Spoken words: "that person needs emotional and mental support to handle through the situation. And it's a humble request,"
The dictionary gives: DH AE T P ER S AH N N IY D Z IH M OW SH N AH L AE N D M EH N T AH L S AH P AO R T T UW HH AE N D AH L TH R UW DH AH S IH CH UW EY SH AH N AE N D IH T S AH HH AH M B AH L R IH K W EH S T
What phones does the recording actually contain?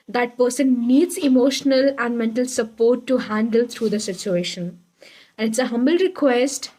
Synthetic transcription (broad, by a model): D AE T P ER S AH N N IY D Z IH M OW SH N AH L AE N D M EH N T AH L S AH P AO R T T UW HH AE N D AH L T R UW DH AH S IH CH UW EY SH AH N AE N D IH T S AH HH AH M B AH L R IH K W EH S T